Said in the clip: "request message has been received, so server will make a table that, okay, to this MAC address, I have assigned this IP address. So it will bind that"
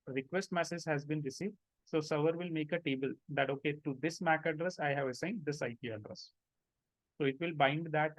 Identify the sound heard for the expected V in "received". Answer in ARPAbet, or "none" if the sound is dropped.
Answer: V